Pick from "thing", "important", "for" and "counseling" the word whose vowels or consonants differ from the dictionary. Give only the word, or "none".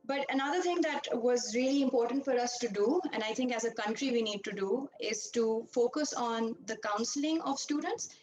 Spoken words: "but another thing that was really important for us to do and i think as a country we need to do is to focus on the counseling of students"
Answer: thing